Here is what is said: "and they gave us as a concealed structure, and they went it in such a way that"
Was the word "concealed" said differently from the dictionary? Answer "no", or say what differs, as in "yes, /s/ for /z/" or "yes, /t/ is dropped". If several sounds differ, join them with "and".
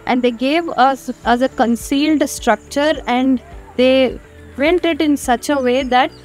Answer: no